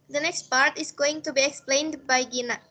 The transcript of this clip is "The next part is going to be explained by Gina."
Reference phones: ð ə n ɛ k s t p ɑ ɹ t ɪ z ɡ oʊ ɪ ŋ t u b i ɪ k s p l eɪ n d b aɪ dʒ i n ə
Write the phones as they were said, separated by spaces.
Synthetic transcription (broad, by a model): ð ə n ɛ k s t p ɑ ɹ t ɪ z ɡ oʊ ɪ ŋ t u b i ɪ k s p l eɪ n d b aɪ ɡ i n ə